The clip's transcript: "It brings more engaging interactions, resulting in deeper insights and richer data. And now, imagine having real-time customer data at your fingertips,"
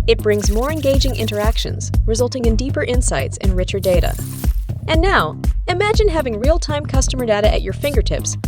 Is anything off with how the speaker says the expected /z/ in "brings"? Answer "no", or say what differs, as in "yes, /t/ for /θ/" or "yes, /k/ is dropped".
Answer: no